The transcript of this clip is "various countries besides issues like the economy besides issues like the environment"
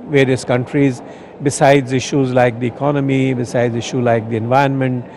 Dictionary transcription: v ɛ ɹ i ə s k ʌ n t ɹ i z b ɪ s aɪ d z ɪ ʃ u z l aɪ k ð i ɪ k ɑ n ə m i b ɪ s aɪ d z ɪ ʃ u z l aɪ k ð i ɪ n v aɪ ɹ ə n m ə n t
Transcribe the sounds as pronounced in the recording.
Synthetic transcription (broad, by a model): v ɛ ɹ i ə s k ʌ n t ɹ i z b ɪ s aɪ d z ɪ ʃ u z l aɪ k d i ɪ k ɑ n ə m i b ɪ s aɪ d z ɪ ʃ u l aɪ k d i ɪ n v aɪ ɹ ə n m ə n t